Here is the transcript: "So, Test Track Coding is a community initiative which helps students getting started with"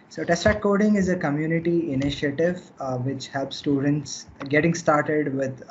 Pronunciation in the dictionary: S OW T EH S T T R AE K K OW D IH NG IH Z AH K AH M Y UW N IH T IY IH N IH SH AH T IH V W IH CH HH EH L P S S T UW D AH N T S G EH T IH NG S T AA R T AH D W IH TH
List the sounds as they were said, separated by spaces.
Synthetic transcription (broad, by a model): S OW T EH S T T R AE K K OW D IH NG IH Z AH K AH M Y UW N IH T IY IH N IH SH AH T IH V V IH CH HH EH L P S S T UW D AH N T S G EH T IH NG S T AA R T AH D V IH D